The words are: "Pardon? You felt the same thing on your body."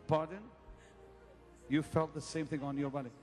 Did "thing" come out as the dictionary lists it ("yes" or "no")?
yes